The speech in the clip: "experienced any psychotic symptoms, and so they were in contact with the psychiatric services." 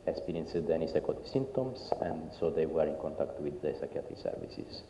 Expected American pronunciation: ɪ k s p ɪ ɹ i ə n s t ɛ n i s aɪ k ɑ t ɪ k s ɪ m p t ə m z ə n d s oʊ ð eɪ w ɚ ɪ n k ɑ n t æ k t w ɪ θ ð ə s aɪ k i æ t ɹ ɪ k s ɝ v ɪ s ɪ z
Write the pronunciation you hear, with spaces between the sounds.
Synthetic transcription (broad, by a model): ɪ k s p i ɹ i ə n s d ɛ n i s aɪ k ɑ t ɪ s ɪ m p t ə m s ə n d s oʊ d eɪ w ɚ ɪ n k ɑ n t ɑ k t w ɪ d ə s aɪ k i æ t ɪ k s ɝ v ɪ s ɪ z